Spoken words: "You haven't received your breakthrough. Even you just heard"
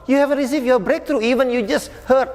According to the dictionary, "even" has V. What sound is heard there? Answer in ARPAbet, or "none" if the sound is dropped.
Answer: V